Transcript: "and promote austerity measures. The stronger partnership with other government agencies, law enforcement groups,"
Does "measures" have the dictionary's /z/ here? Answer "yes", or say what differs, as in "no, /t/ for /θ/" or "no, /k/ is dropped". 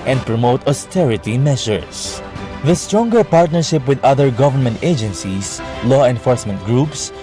no, /s/ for /z/